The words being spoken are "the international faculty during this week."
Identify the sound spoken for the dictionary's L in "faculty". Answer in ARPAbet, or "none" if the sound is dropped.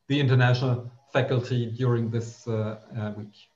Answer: L